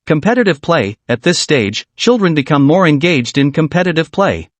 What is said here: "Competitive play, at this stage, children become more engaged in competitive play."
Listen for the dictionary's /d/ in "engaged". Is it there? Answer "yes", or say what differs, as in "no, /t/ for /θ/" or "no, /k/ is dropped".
yes